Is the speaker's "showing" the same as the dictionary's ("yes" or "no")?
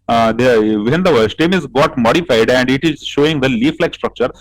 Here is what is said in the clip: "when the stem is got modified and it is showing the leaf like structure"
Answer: yes